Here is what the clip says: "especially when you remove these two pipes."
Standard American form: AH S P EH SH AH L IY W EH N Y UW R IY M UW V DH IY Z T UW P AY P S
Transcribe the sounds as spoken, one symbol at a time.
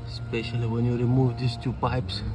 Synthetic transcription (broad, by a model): S P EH SH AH L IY W EH N Y UW R IY M UW V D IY S T UW P AY P S